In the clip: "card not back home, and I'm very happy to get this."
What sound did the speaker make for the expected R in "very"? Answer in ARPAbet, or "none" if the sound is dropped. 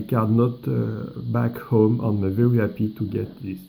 W